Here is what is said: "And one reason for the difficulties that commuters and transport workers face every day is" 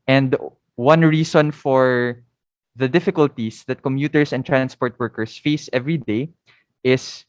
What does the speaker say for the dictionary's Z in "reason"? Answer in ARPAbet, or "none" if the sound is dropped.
S